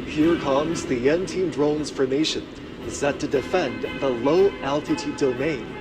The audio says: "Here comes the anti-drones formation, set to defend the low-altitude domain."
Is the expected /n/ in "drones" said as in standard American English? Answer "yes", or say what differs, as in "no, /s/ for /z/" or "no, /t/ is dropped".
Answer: yes